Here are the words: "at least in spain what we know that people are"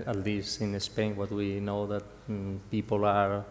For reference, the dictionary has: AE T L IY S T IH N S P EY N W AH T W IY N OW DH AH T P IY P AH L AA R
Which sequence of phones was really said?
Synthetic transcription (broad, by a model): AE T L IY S IH N S P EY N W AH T W IY N OW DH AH T P IY P AH L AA R